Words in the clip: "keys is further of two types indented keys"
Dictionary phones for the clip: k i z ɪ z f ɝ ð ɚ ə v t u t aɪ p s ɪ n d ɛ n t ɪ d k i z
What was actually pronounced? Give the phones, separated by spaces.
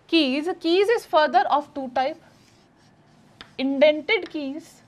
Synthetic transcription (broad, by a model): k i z ɪ z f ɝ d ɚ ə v t u t aɪ p ɪ n d ɛ n t ɪ d k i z